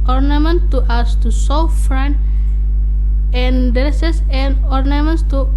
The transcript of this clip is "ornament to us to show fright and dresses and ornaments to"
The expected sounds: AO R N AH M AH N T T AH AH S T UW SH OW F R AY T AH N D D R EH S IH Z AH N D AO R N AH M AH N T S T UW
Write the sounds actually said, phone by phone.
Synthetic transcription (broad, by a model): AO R N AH M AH N T T AH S T UW S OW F R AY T AH N D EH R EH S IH S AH N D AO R N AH M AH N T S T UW